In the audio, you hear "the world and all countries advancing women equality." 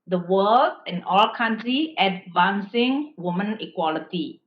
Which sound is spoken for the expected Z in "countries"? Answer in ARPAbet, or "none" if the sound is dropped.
none